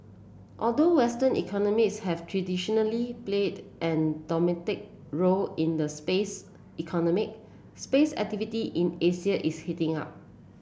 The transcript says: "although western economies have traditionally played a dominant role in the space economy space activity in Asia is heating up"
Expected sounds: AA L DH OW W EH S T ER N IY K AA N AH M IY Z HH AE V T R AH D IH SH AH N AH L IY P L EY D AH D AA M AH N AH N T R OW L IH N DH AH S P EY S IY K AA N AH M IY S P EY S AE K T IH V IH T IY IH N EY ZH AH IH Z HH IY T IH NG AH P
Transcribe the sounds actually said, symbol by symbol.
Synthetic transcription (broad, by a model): AA L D OW W EH S T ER N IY K AA N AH M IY S HH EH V T R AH D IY SH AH N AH L IY P L EY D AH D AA M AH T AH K R OW L IH N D AH S P EY S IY K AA N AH M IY S P EY S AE K T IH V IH T IY IH N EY S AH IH S HH IY T IH NG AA P